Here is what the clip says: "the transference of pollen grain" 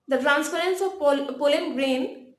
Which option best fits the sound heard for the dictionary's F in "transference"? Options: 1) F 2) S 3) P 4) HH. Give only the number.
3